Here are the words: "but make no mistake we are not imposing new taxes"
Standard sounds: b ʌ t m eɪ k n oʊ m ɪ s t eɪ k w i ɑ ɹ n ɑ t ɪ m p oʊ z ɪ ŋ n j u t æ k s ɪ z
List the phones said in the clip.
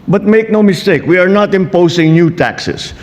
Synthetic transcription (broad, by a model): b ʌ t m eɪ k n oʊ m ɪ s t eɪ k w i ɑ ɹ n ɑ t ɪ m p oʊ s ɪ ŋ n j u t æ k s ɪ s